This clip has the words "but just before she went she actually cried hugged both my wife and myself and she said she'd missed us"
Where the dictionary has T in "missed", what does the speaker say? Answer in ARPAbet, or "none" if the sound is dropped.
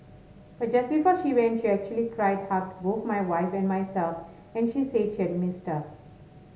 T